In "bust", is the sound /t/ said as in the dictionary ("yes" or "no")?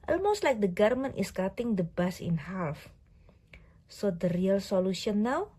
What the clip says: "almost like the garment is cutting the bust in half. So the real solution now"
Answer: no